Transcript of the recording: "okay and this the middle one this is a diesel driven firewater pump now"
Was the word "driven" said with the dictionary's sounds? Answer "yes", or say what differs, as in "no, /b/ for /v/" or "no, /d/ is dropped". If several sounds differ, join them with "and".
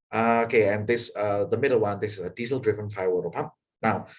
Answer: yes